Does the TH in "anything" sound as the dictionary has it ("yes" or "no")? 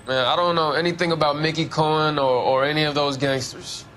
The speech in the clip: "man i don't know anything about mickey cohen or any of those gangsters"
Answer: yes